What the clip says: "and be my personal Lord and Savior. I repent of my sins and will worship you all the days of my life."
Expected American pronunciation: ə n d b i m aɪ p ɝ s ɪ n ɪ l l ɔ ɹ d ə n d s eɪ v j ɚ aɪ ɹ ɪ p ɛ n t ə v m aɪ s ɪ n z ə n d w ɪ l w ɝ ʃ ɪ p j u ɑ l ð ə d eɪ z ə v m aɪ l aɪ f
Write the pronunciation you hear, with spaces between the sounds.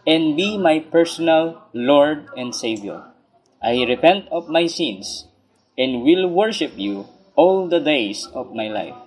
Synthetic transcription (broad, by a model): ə n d b i m aɪ p ɝ s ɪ n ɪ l l ɔ ɹ d ə n d s eɪ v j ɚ aɪ ɹ ɪ p ɛ n t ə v m aɪ s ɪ n s ə n d w ɪ l w ɝ ʃ ɪ p j u ɑ l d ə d eɪ s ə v m aɪ l aɪ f